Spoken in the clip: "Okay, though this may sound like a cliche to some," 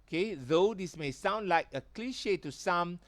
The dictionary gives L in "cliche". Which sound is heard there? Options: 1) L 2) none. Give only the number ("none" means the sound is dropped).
1